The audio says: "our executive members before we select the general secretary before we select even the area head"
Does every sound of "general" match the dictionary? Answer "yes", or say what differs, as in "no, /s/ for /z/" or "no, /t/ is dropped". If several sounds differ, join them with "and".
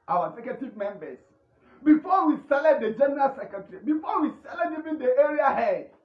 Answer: yes